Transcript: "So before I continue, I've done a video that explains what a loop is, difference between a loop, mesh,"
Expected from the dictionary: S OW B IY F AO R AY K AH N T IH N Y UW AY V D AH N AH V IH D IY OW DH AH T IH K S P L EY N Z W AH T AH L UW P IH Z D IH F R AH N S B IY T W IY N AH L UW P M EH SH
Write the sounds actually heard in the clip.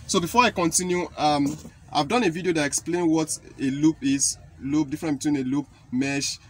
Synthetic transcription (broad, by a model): S OW B IY F AO R AY K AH N T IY N Y UW AY V D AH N AH V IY D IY OW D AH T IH K S P L EY N W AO T AH L UW P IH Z D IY F R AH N B IY T W IY N AH L UW P M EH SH